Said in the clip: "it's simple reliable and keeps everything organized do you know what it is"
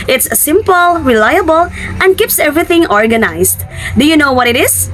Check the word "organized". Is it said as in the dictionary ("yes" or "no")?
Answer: no